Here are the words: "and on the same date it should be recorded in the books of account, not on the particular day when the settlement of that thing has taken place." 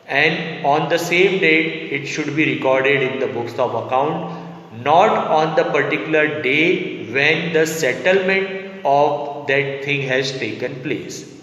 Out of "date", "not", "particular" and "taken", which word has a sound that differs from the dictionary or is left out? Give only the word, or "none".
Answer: none